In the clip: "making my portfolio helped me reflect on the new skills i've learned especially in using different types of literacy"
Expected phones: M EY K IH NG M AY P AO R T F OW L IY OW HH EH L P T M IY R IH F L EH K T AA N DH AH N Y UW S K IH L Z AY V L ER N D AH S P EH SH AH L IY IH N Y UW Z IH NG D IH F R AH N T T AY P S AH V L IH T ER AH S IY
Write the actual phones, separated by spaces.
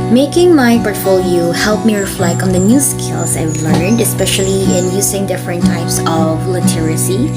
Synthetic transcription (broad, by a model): M EY K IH NG M AY P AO R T F OW L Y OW HH EH L P M IY R IH F L EH K T AA N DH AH N Y UW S K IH L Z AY W L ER N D AH S P EH SH AH L IY IH N Y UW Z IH NG D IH F R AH N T T AY P S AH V L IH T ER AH S IY